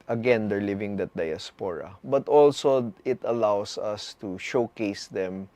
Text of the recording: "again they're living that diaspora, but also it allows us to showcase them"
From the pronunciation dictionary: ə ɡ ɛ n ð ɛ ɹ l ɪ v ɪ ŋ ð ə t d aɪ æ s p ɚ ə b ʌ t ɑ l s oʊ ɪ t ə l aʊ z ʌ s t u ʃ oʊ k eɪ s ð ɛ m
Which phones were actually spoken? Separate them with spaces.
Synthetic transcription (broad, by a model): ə ɡ ɛ n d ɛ ɹ l ɪ v ɪ ŋ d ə t d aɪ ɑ s p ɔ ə b ʌ t ɑ l s oʊ ɪ t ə l aʊ s ʌ s t u ʃ oʊ k eɪ s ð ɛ m